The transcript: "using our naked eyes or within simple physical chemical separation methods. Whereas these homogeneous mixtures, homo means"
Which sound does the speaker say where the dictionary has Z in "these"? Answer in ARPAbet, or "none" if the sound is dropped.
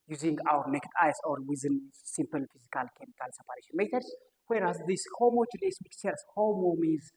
S